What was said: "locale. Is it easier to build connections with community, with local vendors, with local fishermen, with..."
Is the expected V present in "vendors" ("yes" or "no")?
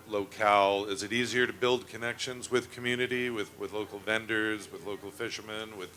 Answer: yes